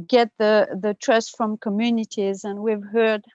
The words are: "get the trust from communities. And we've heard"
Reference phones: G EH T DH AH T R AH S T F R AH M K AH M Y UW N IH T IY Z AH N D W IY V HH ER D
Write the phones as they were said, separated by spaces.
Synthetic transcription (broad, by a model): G EH T DH AH T R AH S T F R AH M K AH M Y UW N IH T IY Z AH N W IY V HH ER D